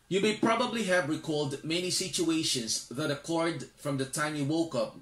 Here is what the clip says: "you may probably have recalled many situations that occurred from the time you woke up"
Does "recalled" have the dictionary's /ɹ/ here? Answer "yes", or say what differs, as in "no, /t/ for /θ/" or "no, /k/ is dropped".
yes